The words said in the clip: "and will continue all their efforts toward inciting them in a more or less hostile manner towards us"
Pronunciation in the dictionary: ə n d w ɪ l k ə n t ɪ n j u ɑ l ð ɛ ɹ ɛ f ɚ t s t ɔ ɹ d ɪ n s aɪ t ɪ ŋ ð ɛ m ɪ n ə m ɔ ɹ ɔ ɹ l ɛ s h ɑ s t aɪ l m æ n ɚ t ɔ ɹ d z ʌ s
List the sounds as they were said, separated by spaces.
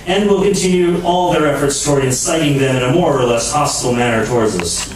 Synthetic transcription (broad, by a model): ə n d w ɪ l k ə n t ɪ n j u ɑ l ð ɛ ɹ ɛ f ɚ t s t ɔ ɹ d ɪ n s aɪ t ɪ ŋ ð ɛ m ɪ n ə m ɔ ɹ ɔ ɹ l ɛ s h ɑ s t l m æ n ɚ t ɔ ɹ d z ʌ s